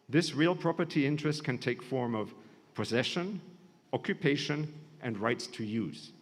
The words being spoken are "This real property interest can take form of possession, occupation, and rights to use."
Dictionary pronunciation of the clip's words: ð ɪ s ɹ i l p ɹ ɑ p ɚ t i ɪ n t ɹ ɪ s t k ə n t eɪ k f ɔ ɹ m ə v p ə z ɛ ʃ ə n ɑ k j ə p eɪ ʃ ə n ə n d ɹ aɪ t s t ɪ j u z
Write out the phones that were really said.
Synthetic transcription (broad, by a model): ð ɪ s ɹ i l p ɹ ɑ p ɚ t i ɪ n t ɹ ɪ s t k ə n t eɪ k f ɔ ɹ m ə v p ə z ɛ ʃ ə n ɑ k j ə p eɪ ʃ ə n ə n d ɹ aɪ t s t ɪ j u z